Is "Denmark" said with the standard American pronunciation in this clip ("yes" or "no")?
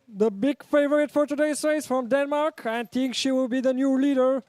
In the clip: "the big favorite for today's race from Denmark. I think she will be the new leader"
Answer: yes